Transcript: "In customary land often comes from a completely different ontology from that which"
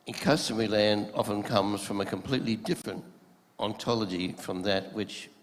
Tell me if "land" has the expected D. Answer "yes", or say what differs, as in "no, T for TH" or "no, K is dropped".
yes